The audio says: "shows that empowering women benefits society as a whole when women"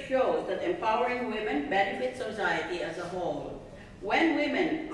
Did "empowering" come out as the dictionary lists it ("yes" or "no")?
yes